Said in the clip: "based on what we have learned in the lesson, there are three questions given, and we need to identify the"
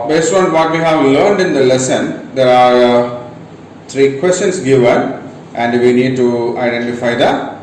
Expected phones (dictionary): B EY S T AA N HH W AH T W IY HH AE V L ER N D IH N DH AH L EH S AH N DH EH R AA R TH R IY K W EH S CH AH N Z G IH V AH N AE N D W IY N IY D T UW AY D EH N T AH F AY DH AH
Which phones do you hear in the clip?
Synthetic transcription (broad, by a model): B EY S T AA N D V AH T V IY HH AE V L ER N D IH N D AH L EH S AH N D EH R AA R T R IY K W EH S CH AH N S G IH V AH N AE N D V IY N IY D T UW AY D EH N T AH F AY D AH